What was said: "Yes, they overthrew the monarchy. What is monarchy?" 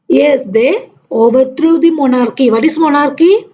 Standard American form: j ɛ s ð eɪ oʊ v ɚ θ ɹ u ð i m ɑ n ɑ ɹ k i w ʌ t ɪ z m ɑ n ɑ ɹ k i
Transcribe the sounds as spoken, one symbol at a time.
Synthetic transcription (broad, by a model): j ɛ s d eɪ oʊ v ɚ t ɹ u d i m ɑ n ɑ ɹ k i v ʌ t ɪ s m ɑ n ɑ ɹ k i